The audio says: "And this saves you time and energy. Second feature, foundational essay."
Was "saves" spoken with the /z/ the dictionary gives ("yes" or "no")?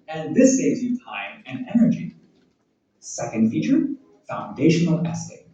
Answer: yes